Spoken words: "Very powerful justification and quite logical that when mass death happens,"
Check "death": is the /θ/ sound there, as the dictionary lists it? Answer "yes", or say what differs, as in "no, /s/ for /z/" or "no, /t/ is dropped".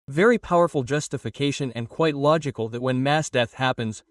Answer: yes